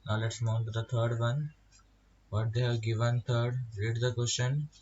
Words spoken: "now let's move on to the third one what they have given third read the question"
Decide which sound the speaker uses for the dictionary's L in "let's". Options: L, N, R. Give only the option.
L